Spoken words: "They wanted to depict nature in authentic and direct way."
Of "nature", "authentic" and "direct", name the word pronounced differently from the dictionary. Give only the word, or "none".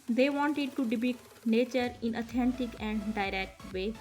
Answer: authentic